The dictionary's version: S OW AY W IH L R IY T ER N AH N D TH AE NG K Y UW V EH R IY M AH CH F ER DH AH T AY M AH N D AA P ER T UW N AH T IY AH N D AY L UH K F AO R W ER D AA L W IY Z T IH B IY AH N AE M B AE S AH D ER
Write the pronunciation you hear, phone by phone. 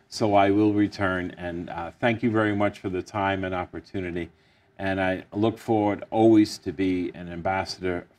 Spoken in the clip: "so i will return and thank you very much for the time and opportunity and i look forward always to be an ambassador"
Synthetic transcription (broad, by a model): S OW AY W IH L R IY T ER N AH N TH AE NG K Y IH V EH R IY M AH CH F ER DH AH T AY M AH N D AA P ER T UW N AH T IY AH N AY L UH K F AO R W ER D AA L W IY Z T IH B IY AH N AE M B AE S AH D ER